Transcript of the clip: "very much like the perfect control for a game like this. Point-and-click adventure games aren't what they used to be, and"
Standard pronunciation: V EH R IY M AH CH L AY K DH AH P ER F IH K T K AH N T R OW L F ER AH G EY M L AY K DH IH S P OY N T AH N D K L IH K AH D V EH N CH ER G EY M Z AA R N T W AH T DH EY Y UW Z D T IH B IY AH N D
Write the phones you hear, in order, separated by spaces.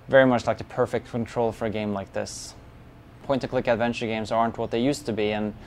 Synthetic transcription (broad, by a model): V EH R IY M AH CH L AY K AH P ER F IH K T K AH N T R OW L F ER AH G EY M L AY K DH IH S P OY N T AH K L IH K AH D V EH N CH ER G EY M Z AA R N T W AH T DH EY Y UW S T IH B IY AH N